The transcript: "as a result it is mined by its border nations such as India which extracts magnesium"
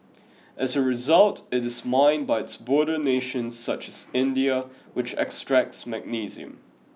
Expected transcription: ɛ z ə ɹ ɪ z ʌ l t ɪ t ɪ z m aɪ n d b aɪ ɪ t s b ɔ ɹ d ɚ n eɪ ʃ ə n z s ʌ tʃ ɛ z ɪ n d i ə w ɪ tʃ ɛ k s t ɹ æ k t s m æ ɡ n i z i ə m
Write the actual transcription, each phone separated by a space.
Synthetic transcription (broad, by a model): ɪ z ə ɹ ɪ z ʌ l t ɪ t ɪ z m aɪ n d b aɪ ɪ t s b ɔ ɹ d ɚ n eɪ ʃ ə n z s ʌ tʃ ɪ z ɪ n d i ə w ɪ tʃ ɛ k s t ɹ æ k t s m æ ɡ n i z i ə m